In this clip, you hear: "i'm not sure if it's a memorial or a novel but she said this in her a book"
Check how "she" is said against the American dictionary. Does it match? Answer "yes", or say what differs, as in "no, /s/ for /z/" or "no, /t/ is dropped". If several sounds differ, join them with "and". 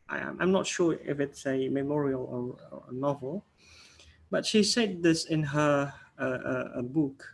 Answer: yes